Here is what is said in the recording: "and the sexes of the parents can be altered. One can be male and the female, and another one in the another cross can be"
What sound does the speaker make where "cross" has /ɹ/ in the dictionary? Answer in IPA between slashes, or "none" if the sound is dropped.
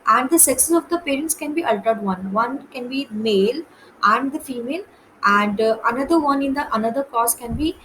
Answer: none